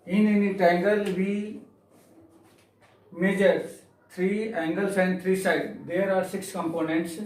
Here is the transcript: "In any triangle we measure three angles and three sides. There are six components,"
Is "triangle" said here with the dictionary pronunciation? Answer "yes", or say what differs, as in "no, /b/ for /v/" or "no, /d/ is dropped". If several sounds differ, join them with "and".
no, /ɹ/ is dropped